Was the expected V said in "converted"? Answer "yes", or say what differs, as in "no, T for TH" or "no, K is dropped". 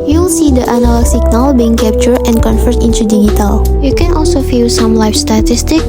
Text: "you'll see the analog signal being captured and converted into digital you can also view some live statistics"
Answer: no, F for V